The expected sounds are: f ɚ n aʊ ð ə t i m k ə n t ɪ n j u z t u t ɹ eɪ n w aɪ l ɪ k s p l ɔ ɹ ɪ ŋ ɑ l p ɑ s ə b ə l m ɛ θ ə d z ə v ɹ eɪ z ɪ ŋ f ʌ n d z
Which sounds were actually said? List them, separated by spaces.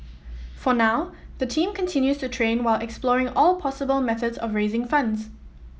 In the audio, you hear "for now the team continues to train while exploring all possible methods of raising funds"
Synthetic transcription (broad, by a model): f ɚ n aʊ ð ə t i m k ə n t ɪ n j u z t u t ɹ eɪ n w aɪ l ɪ k s p l ɔ ɹ ɪ ŋ ɑ l p ɑ s ə b ə l m ɛ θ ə d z ə v ɹ eɪ z ɪ ŋ f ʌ n d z